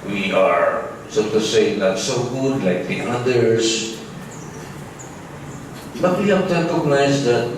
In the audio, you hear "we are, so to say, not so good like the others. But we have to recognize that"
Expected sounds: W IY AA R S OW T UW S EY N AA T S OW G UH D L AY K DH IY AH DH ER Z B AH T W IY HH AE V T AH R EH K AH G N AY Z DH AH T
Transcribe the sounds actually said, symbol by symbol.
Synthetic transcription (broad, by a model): W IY AA R S OW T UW S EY L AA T S OW G UH D L AY K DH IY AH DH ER S B AH T W IY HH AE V T AH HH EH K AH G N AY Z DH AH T